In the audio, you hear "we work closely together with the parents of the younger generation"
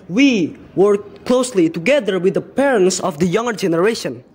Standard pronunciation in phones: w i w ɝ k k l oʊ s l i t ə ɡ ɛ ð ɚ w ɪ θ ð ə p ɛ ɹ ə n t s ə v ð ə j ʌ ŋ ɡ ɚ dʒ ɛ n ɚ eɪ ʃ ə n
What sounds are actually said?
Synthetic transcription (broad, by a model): w i w ɝ k k l oʊ s l i t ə ɡ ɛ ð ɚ w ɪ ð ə p ɛ ɹ ə n t s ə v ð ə j ʌ ŋ ɡ ɚ dʒ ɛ n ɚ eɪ ʃ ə n